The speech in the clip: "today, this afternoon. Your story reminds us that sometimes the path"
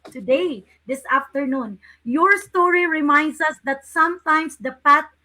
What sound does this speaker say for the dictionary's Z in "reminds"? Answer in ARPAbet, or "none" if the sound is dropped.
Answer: S